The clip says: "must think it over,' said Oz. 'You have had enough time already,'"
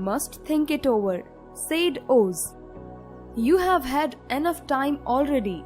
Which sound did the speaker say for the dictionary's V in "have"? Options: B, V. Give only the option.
V